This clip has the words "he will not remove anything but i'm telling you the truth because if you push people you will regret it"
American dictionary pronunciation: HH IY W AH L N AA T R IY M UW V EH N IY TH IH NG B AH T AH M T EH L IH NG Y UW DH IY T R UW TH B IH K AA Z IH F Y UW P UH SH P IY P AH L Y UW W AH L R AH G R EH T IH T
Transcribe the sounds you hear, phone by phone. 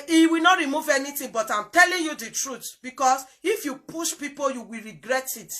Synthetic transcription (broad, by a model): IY W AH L N AA T R IY M UW V EH N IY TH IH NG B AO T AH M T EH L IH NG Y UW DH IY T R UW T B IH K AA S IH F Y UW P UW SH P IY P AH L Y UW W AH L R AH G R EH T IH T